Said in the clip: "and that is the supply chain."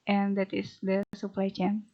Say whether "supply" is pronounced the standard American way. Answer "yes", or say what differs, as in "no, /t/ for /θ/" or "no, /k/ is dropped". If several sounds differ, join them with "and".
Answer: yes